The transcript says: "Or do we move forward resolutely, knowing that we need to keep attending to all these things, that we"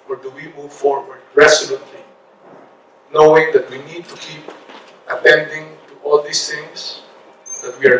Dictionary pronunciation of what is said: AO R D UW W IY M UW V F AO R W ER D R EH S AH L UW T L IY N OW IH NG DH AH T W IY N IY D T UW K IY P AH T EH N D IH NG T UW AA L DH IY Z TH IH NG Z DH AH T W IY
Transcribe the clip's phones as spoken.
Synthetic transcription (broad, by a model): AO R D UW W IY M UW V F AO R W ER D R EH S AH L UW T L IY N OW IH NG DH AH T W IY N IY D T UW K IY P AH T EH N D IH NG T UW AA L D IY S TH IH NG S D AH T W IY